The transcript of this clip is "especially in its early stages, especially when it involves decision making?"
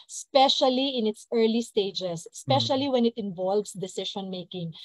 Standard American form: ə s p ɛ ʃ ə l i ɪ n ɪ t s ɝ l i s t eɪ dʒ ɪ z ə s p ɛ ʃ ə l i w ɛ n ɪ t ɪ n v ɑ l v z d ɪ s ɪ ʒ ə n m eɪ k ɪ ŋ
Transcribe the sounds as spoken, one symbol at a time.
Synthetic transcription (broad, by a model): s p ɛ ʃ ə l i ɪ n ɪ t s ɝ l i s t eɪ ɪ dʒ ə s p ɛ ʃ ə l i w ɛ n ɪ t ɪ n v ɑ l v s d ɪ s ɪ ʃ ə n m eɪ k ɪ ŋ